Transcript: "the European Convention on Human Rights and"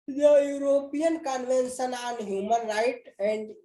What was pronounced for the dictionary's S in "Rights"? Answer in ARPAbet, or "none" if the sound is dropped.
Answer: none